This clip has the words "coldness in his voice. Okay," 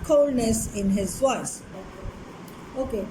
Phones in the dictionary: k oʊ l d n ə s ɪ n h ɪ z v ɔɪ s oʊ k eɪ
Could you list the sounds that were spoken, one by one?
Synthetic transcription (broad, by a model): k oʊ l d n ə s ɪ n h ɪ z w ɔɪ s oʊ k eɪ